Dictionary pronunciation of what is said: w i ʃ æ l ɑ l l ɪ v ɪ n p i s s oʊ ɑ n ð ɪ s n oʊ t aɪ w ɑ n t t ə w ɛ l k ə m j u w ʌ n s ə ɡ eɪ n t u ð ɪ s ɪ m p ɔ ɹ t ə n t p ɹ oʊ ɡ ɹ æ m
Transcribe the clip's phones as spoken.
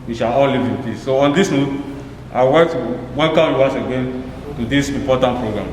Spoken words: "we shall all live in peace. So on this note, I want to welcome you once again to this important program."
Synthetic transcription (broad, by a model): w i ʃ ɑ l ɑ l l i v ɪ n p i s s oʊ ɑ n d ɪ s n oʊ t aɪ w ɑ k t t w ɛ n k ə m j u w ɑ s ə ɡ eɪ n t u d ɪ s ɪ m p ɔ t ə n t p ɹ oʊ ɡ ɹ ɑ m